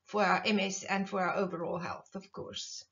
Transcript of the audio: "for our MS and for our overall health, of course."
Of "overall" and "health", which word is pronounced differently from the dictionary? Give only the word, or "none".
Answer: none